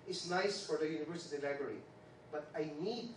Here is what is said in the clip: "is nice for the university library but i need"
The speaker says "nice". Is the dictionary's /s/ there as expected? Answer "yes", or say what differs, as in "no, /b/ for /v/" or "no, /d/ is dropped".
yes